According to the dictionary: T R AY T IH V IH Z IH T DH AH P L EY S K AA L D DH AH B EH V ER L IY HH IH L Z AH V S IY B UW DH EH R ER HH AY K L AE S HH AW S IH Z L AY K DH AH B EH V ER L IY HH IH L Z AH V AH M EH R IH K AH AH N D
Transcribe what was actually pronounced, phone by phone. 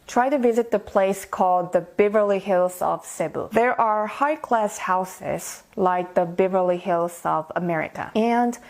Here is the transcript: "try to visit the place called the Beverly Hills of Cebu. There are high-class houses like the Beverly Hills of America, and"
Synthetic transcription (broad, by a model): T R AY T IH V IH Z IH T DH AH P L EY S K AA L D DH AH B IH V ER L IY HH IH L Z AH V S IY B UW DH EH R ER HH AY K L AE S HH AW S IH Z L AY K DH AH B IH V ER L IY HH IH L Z AH V AH M EH R IH K AH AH N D